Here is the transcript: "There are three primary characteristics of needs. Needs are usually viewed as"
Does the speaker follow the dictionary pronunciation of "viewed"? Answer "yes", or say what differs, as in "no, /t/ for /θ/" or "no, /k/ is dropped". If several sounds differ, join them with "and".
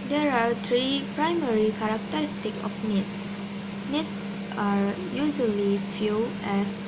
no, /f/ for /v/ and /d/ is dropped